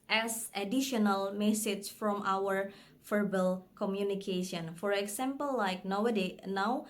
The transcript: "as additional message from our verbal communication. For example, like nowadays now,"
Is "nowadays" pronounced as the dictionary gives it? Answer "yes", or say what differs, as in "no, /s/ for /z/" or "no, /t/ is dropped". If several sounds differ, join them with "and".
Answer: no, /z/ is dropped